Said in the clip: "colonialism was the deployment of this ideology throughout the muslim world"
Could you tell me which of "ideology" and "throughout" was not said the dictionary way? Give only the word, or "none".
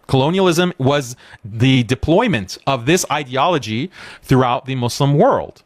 none